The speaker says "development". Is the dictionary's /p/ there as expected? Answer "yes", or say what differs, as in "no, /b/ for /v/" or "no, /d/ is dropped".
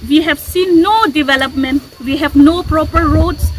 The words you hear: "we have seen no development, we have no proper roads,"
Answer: yes